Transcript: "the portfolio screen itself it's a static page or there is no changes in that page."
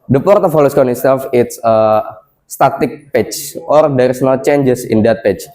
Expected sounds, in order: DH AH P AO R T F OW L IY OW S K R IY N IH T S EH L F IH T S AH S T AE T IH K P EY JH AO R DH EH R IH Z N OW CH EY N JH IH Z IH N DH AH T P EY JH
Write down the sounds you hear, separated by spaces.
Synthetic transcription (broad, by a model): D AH P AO R T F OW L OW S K AO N IH T S EH L F IH T S AH S T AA T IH K P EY CH AO R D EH R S N OW CH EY N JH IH S IH N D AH T P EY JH